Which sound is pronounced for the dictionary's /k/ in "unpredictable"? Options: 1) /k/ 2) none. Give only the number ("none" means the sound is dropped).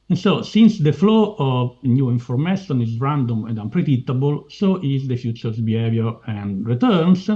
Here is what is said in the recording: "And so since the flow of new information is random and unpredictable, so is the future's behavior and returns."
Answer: 2